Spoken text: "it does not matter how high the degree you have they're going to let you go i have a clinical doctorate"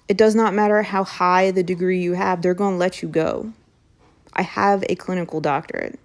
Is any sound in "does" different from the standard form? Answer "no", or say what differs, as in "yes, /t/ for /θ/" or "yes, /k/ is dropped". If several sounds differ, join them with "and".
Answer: no